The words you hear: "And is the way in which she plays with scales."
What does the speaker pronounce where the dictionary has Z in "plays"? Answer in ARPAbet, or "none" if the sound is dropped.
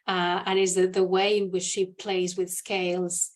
Z